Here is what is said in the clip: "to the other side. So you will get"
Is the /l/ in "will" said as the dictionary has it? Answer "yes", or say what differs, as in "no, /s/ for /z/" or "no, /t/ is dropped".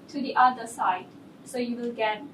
yes